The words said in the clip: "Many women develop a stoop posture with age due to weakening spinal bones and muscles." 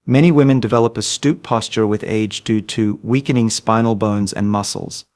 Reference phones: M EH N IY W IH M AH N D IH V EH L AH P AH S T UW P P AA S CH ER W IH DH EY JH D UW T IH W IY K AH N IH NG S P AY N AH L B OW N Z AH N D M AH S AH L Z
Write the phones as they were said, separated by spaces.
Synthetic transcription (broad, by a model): M EH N IY W IH M AH N D IH V EH L AH P AH S T UW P P AA S CH ER W IH DH EY JH D UW T IH W IY K AH N IH NG S P AY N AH L B OW N Z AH N M AH S L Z